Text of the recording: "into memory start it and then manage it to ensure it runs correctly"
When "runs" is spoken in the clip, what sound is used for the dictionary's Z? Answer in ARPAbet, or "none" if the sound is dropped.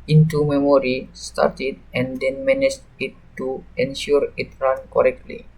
none